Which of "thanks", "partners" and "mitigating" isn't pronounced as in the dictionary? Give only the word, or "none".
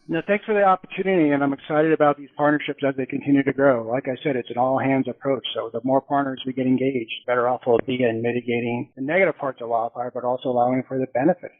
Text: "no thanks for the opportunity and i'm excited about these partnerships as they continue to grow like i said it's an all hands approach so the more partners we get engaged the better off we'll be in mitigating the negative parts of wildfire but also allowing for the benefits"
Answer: none